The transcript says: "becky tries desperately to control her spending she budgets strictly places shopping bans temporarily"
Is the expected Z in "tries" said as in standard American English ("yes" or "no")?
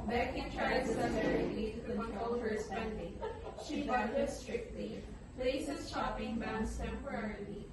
no